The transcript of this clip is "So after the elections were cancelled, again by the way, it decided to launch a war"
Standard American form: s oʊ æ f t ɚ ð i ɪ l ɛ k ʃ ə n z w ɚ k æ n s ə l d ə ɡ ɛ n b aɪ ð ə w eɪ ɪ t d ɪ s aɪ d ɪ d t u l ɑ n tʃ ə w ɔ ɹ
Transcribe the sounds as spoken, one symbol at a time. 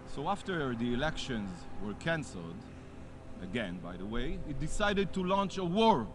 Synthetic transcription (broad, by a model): s oʊ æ f t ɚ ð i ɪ l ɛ k ʃ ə n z w ɚ k æ n s ə l d ə ɡ ɛ n b aɪ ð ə w eɪ ɪ t d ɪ s aɪ d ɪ d t u l ɑ n tʃ ə w ɔ ɹ